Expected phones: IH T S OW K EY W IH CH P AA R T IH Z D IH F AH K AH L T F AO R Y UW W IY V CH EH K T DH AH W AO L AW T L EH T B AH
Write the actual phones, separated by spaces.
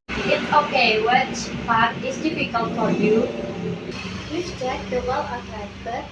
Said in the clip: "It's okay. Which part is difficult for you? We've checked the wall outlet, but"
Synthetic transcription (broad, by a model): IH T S OW K EY W IH CH B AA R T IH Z D IH F AH K AH L T F AO R Y UW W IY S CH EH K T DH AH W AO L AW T EH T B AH